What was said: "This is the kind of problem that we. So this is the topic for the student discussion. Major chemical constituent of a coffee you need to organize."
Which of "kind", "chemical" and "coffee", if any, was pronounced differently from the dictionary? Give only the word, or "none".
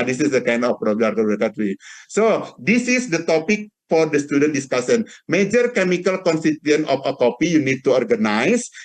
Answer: coffee